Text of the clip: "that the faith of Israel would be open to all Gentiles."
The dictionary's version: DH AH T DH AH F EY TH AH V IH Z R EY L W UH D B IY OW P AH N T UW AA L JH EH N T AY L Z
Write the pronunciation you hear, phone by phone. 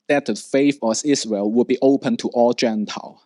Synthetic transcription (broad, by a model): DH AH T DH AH F EY F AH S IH S R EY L W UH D B IY OW P AH N T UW AA L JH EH N T AY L